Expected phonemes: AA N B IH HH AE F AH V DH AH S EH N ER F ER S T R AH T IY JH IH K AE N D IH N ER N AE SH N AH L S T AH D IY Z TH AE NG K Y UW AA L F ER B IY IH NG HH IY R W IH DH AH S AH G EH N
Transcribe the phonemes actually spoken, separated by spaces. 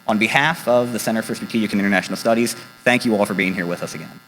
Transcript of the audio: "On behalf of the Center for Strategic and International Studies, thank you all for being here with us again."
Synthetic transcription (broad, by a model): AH N B IH HH AE F AH V DH AH S EH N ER F ER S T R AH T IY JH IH K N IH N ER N AE SH N L S T AH D IY Z TH AE NG K Y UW AA L F ER B IY IH NG HH IY R W IH DH AH S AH G EH N